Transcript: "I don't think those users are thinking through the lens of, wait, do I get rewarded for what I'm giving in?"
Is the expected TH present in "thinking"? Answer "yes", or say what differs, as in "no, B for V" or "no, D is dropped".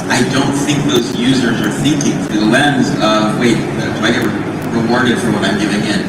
yes